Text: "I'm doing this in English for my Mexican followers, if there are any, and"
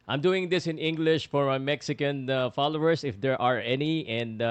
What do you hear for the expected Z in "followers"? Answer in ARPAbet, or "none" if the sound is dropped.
S